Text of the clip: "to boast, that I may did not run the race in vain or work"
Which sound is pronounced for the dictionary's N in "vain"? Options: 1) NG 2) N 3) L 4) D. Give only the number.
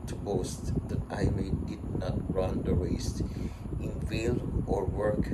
3